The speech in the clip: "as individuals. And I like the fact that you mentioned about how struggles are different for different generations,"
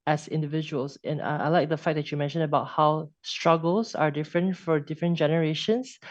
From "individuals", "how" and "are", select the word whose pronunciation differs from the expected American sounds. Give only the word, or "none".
individuals